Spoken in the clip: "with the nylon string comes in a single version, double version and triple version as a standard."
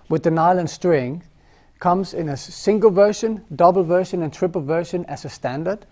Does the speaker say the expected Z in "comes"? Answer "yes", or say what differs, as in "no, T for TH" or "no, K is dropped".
yes